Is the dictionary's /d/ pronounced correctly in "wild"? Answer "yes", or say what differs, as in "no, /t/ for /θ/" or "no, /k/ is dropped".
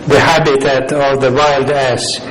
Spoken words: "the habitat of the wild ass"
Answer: yes